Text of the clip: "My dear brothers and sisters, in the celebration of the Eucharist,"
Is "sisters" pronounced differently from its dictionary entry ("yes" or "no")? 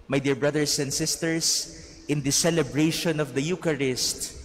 yes